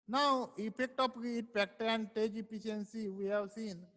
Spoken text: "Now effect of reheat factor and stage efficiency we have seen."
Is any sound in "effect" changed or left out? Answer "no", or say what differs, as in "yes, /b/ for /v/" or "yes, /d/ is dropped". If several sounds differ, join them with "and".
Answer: yes, /p/ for /f/